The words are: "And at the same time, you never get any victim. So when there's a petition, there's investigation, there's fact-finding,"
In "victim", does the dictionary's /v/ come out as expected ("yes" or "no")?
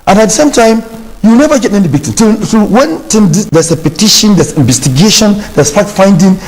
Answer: no